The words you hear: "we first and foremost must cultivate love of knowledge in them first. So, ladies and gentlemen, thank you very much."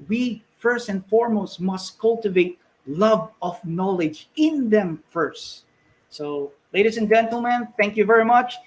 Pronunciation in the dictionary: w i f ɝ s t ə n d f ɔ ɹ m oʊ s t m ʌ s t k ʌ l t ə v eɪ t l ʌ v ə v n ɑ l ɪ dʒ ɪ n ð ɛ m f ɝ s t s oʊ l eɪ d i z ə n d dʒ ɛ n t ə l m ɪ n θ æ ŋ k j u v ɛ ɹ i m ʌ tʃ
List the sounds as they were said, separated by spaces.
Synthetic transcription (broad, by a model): w i f ɝ s t ə n d f ɔ ɹ m oʊ s t m ʌ s t k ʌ l t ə v eɪ t l ʌ v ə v n ɑ l ɪ dʒ ɪ n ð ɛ m f ɝ s t s oʊ l eɪ d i s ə n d dʒ ɛ n t ə l m ɪ n θ æ ŋ k j u v ɛ ɹ i m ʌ tʃ